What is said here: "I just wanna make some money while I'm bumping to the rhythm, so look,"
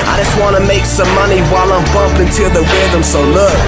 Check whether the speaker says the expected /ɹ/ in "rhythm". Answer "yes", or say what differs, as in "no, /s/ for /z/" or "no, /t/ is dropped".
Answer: no, /w/ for /ɹ/